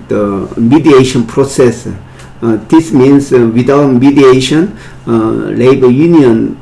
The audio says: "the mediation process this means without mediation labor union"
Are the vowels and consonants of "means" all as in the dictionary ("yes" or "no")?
no